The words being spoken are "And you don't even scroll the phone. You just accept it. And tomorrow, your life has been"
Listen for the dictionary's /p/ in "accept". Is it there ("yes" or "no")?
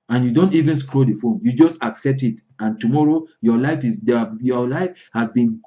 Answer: yes